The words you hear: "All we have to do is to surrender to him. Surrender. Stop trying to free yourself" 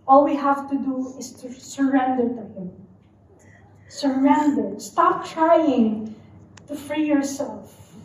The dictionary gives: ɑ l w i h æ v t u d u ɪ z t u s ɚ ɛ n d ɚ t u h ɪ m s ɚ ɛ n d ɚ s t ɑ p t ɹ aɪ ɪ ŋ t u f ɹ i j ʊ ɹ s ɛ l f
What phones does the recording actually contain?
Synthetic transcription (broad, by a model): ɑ l w i h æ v t u d u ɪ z t u s ɚ ɛ n d ɚ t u h ɪ m s ɚ ɛ n d ɚ s t ɑ p t ɹ aɪ ɪ ŋ t u f ɹ i j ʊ ɹ s ɛ l f